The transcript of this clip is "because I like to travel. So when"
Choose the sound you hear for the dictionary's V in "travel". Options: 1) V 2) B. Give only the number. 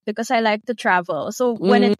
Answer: 1